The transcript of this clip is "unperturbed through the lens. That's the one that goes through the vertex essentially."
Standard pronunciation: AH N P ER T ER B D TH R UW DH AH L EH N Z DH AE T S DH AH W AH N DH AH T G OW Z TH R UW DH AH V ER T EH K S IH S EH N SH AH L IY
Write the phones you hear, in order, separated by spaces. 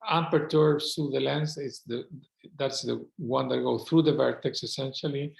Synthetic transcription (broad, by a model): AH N P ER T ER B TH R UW DH AH L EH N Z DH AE T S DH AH W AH N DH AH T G OW TH R UW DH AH V ER T EH K S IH S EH N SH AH L IY